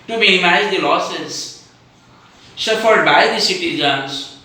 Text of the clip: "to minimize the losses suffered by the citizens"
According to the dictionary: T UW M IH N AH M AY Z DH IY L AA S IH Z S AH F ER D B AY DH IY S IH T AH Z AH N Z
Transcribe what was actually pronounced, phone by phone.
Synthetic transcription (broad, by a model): T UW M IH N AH M AY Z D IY L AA S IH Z SH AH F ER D B AY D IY S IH T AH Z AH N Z